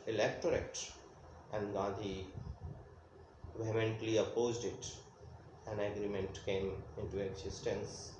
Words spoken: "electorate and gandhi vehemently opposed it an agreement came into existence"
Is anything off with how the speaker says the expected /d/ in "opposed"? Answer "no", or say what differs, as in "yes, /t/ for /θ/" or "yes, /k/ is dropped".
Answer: no